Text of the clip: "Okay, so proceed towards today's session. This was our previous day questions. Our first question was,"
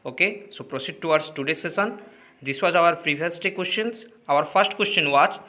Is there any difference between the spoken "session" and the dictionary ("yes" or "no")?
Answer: yes